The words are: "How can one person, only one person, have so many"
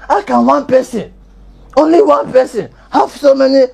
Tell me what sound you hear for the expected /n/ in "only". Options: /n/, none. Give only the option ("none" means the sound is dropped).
/n/